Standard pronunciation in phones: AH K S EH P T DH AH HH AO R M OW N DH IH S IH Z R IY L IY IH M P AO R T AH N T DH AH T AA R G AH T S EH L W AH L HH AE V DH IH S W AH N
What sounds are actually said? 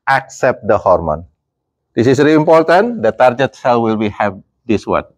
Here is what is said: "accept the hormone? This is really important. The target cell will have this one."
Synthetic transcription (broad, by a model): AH K S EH P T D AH HH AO R M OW N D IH S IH S R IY IY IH M P AO R T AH N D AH T AA R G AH T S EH L W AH L HH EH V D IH S W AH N